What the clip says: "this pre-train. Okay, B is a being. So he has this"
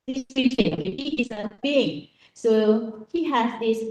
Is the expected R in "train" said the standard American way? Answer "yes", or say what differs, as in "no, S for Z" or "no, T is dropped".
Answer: no, R is dropped